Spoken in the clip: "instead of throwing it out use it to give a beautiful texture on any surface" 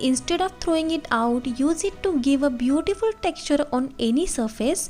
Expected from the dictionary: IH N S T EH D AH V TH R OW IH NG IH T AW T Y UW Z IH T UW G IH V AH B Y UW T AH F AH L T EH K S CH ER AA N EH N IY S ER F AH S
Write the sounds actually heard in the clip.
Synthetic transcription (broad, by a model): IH N S T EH D AH V T R OW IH NG IH T AW T Y UW Z IH T UW G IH V AH B Y UW T AH F AH L T EH K S CH ER AA N EH N IY S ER F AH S